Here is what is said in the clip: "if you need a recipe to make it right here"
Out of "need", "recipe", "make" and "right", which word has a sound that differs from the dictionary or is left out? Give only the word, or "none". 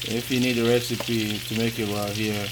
right